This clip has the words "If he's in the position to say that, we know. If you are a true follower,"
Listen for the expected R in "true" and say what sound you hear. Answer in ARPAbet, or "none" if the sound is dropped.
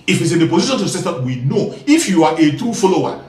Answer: none